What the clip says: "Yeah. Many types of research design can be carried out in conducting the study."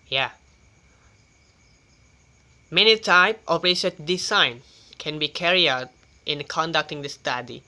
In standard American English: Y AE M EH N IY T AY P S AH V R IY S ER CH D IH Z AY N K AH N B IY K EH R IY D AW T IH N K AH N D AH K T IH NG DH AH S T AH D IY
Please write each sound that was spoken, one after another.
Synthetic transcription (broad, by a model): Y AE M EH N IY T AY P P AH R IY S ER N D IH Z AY N K AH N B IY K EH R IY AW T IH N K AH N D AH K T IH NG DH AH S T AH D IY